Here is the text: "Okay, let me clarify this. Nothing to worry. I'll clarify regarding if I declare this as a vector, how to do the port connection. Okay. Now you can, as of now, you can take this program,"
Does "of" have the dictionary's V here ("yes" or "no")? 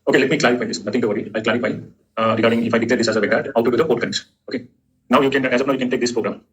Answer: no